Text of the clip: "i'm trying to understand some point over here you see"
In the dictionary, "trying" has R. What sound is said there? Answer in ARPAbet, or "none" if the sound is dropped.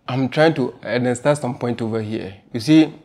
R